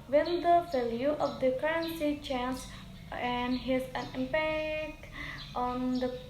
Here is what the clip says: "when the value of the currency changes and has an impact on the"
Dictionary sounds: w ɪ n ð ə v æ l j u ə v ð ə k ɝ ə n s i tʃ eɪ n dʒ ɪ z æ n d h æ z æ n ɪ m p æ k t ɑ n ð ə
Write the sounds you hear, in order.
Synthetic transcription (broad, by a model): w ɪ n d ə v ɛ l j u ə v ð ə k ɝ ə n s i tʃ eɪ n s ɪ n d h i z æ n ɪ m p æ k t ɑ n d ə